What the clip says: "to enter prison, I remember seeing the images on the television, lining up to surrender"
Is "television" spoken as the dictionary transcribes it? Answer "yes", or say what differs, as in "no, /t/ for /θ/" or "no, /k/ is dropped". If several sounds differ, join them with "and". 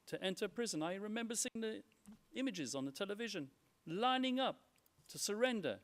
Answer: yes